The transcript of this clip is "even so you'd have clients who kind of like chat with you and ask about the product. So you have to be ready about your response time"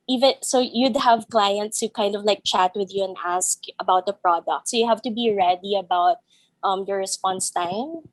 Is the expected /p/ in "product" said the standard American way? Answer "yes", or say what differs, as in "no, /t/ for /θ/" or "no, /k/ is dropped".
yes